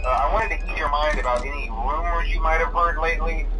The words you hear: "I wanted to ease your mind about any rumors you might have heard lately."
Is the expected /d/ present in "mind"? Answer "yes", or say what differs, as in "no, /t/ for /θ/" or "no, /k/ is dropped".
yes